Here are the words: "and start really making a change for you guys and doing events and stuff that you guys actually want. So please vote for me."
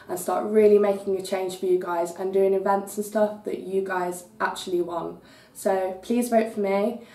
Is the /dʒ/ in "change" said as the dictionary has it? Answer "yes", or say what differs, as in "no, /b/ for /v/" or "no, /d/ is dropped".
no, /ʒ/ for /dʒ/